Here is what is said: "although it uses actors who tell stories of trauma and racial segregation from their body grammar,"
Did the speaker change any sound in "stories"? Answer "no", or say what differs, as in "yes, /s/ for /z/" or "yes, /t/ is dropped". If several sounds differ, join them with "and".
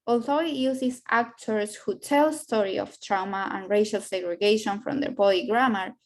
yes, /z/ is dropped